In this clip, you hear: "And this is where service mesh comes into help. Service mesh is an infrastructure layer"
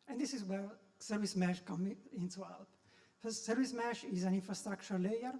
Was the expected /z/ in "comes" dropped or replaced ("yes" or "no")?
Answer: yes